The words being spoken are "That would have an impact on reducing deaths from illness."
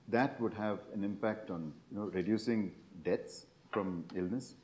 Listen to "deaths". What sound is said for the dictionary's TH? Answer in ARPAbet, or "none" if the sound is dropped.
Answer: T